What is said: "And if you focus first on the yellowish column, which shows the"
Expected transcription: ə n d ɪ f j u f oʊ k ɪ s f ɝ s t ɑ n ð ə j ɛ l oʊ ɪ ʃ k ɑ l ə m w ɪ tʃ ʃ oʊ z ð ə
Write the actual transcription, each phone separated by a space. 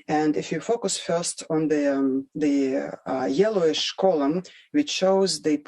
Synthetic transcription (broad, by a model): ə n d ɪ f j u f oʊ k ɪ s f ɝ s t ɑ n ð ə j ɛ l oʊ ɪ ʃ k ɑ l ə m w ɪ tʃ ʃ oʊ z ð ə